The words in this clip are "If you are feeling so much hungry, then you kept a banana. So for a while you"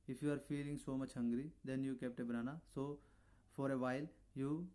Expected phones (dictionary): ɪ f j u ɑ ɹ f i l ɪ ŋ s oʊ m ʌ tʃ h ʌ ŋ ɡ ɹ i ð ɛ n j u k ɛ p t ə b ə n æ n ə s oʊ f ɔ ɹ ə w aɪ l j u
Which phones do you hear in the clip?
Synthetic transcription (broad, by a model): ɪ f j u ɑ ɹ f i l ɪ ŋ s oʊ m ʌ tʃ h ʌ ŋ ɡ ɹ i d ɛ n j u k ɛ p t ə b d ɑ n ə s oʊ f ɔ ɹ ə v aɪ l j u